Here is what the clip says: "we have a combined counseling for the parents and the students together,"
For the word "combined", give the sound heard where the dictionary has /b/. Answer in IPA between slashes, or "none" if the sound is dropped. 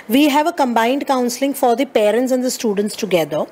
/b/